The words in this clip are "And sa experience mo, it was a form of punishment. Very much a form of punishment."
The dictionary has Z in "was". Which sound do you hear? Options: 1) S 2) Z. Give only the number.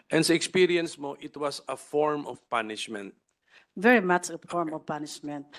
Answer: 1